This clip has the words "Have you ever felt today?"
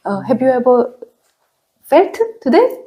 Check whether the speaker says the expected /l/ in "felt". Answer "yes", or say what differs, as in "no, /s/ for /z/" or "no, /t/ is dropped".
no, /l/ is dropped